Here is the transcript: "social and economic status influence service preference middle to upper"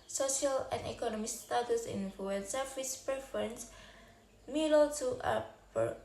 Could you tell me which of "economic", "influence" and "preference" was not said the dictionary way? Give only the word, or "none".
influence